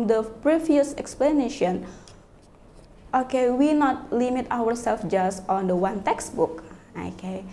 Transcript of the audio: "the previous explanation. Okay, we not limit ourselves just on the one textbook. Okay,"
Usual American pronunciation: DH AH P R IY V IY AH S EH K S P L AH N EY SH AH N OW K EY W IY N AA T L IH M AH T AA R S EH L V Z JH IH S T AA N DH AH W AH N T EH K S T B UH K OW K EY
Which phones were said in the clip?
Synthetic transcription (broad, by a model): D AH P R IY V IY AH S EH K S P L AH N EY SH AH N OW K EY W IY N AA T L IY M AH T AA W S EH L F JH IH S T AA N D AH W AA N T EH K S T B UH K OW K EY